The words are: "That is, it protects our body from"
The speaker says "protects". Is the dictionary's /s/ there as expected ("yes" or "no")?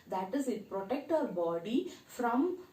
no